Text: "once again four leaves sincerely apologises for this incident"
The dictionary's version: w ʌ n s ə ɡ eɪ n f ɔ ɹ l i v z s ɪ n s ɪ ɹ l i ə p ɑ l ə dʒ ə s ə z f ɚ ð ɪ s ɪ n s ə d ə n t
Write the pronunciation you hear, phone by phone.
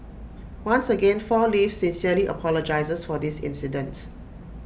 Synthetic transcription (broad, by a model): w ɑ n s ə ɡ eɪ n f ɔ l i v s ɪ n s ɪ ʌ l i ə p ɑ l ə dʒ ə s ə s f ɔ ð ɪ s ɪ n s ə d ə n t